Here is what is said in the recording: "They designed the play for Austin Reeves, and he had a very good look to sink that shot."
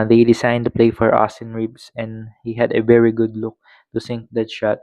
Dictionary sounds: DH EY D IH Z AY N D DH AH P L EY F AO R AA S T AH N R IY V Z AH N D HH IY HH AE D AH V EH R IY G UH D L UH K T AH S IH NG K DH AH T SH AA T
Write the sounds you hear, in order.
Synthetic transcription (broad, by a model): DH EY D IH S AY N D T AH P L EY F AO R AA S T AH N R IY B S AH N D HH IY HH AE D AH V EH R IY G UH D L UH K T AH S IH NG K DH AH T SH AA T